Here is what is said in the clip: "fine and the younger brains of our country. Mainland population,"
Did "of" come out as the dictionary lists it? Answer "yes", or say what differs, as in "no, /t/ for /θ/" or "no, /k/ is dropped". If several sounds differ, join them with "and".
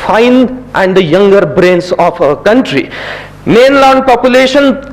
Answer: no, /p/ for /v/